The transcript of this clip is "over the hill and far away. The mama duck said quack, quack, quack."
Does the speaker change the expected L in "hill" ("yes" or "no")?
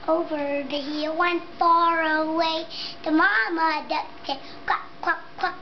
yes